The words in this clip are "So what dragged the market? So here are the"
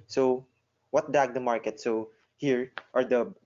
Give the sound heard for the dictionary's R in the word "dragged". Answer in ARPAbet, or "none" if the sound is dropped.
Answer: none